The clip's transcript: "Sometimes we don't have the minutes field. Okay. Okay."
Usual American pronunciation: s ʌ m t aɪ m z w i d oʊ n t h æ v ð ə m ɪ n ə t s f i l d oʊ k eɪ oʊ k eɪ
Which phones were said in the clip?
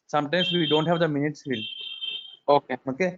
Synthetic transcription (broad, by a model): s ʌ m t aɪ m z w i d oʊ n t h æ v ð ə m ɪ n ə t s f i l oʊ k eɪ oʊ k eɪ